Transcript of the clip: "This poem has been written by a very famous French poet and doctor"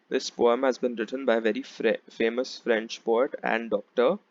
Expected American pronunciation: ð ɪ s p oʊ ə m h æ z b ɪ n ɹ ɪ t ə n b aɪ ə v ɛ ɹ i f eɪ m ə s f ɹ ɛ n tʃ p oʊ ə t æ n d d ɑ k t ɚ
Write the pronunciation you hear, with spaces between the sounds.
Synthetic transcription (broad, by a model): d ɪ s p oʊ ə m h æ z b ɪ n ɹ ɪ t ə n b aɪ ə v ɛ ɹ i f eɪ m ə s f ɹ ɛ n tʃ p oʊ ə t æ n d d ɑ k t ɚ